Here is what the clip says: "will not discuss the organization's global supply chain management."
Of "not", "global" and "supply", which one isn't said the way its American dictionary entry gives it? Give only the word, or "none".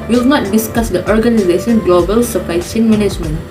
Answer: supply